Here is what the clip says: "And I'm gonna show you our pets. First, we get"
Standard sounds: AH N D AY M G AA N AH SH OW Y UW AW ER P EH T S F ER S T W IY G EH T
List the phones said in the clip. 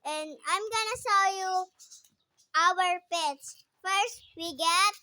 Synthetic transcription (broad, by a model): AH N D AY M G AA N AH S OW Y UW AW ER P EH T S F ER S T W IY G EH T